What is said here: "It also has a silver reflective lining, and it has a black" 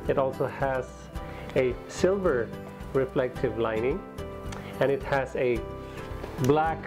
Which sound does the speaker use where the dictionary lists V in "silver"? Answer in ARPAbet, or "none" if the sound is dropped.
V